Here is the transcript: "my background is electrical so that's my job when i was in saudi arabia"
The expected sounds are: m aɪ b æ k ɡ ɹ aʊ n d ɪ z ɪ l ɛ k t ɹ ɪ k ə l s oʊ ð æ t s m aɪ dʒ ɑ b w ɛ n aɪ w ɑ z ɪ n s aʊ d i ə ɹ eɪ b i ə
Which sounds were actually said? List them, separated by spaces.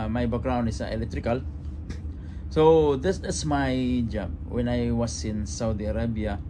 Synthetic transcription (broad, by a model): m aɪ b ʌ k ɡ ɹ aʊ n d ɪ s ɪ l ɛ k t ɹ ɪ k ə l s oʊ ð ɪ s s m aɪ dʒ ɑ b w ɛ n aɪ w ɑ s ɪ n s aʊ d i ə ɹ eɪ b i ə